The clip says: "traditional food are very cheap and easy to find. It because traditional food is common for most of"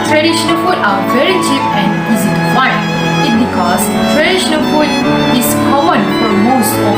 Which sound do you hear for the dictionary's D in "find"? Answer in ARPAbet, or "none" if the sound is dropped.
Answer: none